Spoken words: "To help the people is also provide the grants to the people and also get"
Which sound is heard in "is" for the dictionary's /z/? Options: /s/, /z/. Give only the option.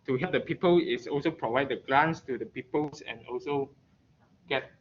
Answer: /s/